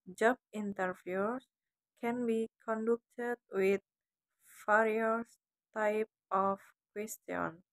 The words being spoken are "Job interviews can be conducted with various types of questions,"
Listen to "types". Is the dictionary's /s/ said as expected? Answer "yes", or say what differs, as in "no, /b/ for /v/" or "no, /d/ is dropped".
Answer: no, /s/ is dropped